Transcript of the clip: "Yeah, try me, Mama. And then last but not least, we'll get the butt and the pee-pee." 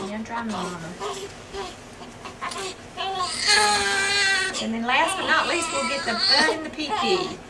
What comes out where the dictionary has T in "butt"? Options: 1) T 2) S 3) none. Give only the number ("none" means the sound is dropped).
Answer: 3